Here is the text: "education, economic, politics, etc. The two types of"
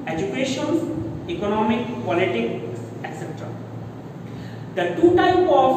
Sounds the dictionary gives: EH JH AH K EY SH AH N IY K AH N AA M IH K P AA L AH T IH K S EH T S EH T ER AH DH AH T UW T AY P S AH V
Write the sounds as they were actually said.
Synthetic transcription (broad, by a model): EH JH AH K EY SH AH N IY K AH N AA M IH K P AA L AH T IH K S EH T S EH T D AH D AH T UW T AY P AH